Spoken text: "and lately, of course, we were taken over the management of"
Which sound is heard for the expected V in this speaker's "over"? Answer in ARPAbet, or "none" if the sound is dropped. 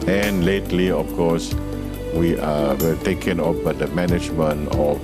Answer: B